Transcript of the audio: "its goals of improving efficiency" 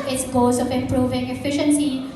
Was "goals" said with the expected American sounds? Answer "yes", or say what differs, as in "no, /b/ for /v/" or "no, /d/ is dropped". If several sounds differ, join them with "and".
no, /l/ is dropped